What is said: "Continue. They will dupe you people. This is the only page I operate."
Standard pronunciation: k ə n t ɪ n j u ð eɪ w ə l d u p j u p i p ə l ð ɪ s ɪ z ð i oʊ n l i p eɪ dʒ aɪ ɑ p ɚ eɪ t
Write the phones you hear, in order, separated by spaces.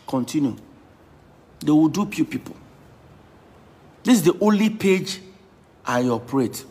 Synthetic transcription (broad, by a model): k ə n t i n j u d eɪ w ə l d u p j u p i p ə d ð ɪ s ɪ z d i oʊ n l i p eɪ dʒ aɪ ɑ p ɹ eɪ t